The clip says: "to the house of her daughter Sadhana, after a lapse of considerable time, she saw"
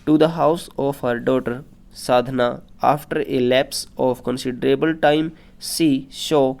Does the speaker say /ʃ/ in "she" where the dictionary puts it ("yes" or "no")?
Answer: no